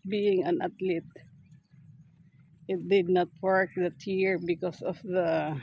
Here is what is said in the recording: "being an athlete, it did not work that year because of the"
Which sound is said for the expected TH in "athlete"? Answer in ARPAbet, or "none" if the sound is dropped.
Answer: T